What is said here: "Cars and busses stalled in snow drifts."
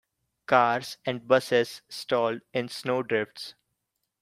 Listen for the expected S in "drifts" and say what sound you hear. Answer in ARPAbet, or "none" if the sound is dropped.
S